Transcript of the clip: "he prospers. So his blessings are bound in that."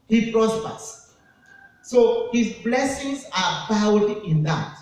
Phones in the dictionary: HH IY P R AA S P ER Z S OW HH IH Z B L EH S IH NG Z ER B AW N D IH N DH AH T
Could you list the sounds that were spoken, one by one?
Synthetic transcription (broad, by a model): HH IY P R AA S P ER S OW HH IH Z B L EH S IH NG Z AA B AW D IH N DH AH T